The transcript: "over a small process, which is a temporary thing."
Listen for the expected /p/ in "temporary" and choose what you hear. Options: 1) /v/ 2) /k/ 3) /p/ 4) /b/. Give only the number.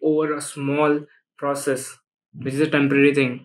3